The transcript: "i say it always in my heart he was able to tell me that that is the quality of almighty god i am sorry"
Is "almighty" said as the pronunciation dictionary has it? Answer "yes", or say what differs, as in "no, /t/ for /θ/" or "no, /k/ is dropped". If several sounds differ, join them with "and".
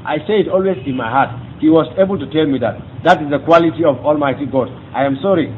yes